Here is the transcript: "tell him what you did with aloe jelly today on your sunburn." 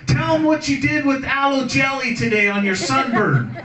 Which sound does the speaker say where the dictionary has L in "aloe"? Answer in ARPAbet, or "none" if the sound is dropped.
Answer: L